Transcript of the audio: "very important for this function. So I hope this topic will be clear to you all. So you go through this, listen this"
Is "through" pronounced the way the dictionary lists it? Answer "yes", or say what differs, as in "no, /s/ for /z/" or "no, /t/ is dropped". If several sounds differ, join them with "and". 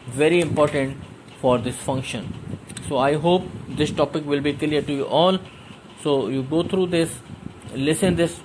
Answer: no, /t/ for /θ/